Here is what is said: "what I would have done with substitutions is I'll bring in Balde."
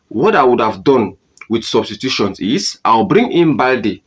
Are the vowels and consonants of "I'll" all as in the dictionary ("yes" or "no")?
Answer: no